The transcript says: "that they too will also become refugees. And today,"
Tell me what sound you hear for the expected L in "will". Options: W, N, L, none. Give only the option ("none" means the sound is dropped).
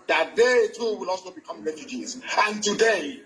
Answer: L